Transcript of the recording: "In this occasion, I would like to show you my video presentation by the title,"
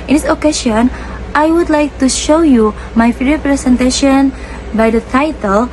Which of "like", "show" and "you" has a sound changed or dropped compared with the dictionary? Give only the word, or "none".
none